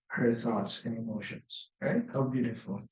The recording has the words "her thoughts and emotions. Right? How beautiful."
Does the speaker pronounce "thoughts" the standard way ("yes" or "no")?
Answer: yes